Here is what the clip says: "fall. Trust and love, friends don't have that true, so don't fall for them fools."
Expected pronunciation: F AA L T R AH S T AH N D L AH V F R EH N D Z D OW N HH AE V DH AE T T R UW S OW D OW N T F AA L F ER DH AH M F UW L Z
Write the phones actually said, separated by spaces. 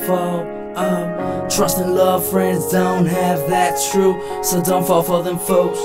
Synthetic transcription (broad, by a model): F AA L T R AH S T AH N L AH V F R EH N D Z D OW N HH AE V DH AE T T R UW S OW D OW N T F AA L F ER DH AH M F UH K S